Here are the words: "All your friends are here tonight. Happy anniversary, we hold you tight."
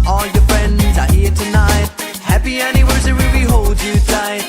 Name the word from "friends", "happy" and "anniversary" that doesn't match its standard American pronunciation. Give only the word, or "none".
anniversary